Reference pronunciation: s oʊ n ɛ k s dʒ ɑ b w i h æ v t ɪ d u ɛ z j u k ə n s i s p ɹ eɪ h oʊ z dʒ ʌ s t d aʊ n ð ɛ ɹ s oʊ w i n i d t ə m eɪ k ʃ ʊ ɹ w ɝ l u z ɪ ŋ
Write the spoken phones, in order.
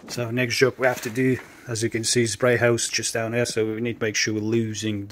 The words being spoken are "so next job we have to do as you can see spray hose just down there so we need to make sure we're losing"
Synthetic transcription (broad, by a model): s oʊ n ɛ k s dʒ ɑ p w i h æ f t ɪ d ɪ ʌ z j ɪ k ə n s i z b ɹ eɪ h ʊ s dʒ ʌ s d aʊ n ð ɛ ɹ s oʊ w i n i d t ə m eɪ k ʃ ʊ ɹ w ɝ l u z ɪ ŋ